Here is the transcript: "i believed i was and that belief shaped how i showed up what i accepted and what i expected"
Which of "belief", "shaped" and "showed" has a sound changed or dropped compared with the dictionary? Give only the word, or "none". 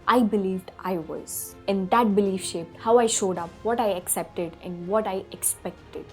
none